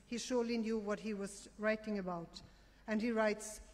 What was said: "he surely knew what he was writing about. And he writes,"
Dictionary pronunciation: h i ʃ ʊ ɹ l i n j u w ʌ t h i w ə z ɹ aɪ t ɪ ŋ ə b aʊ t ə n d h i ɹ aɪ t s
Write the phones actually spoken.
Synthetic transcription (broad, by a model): h i ʃ ʊ ɹ l i n j u w ʌ t h i w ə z ɹ aɪ t ɪ ŋ ə b aʊ t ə n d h i ɹ aɪ t s